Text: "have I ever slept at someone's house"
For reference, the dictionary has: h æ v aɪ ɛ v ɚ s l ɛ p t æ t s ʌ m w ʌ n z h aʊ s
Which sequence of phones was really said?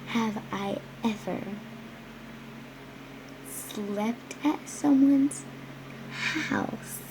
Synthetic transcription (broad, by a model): h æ v aɪ ɛ v ɚ s l ɛ p t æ t s ʌ m w ʌ n z h aʊ s